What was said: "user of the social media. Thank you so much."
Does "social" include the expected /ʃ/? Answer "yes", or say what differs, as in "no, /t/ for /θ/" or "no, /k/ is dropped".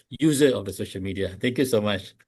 yes